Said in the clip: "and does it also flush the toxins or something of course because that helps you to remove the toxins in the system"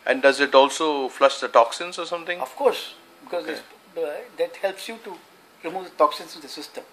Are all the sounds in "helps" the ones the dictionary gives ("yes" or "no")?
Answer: yes